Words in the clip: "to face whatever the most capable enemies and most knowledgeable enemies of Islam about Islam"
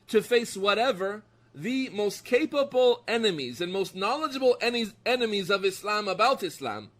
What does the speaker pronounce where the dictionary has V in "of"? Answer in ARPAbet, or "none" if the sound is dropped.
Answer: V